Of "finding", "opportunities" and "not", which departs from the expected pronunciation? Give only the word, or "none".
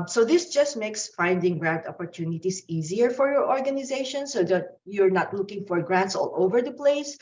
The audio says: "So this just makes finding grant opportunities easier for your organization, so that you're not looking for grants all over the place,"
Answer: opportunities